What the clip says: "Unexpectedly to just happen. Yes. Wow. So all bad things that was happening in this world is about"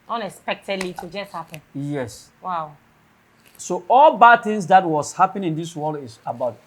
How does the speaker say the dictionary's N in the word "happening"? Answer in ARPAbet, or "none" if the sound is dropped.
none